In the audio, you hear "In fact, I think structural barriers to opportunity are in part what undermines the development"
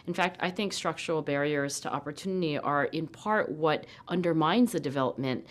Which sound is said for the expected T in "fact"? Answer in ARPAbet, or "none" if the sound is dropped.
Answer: T